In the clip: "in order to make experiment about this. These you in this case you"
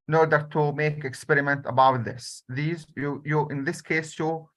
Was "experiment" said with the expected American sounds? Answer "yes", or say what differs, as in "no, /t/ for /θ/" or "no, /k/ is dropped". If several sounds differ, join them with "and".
yes